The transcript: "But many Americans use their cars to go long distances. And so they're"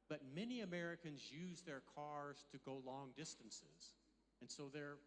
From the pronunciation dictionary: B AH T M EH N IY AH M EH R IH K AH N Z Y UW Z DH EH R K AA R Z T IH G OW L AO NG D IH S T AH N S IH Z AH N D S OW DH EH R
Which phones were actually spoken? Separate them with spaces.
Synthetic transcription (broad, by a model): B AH T M EH N IY AH M EH R IH K AH N Z Y UW Z DH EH R K AA R Z T IH G OW L AO NG D IH S T AH N S IH Z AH N S OW DH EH R